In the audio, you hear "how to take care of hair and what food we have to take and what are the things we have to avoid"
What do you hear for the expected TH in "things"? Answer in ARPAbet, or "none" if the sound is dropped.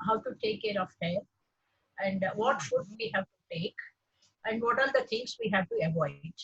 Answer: T